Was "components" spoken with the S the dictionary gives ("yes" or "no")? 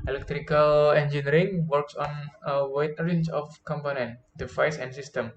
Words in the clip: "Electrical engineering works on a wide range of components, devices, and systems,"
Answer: no